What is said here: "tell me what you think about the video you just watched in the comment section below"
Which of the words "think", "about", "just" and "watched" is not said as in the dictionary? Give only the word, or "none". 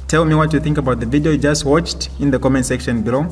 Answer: none